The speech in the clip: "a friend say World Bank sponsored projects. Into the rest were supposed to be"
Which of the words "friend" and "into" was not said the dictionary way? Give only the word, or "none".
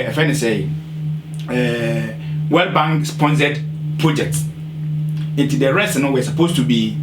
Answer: friend